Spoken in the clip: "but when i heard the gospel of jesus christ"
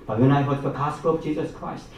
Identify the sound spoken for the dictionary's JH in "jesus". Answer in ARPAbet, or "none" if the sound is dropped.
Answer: JH